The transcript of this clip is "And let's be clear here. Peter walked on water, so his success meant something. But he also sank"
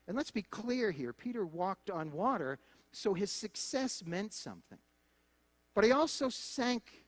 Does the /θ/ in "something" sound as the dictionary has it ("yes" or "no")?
yes